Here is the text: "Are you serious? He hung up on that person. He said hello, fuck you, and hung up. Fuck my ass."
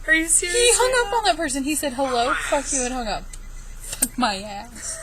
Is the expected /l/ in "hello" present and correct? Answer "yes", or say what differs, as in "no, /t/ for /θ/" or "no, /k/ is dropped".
yes